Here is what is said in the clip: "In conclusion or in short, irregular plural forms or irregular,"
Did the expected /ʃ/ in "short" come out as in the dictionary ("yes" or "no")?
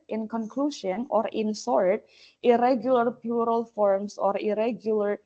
no